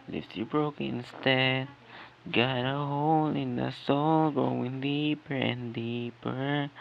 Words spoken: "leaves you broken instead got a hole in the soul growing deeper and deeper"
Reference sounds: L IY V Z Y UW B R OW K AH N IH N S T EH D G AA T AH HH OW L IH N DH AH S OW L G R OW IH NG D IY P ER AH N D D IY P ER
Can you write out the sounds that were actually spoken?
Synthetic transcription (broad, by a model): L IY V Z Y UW B R OW AH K IH N S T EH D G AA T AH HH OW L IH N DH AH S OW L G R OW IH NG D IY P ER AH N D D IY P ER